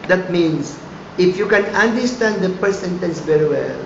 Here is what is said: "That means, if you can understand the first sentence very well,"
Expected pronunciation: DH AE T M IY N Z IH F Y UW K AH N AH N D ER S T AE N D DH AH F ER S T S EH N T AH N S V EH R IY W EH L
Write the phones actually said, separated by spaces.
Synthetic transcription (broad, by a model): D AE T M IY N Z IH F Y UW K AH N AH N D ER S T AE N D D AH P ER T S EH N T AH N S V EH R IY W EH L